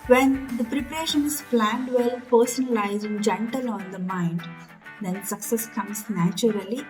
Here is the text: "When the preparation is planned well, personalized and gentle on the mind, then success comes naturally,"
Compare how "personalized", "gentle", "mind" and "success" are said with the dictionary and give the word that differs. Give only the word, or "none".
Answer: personalized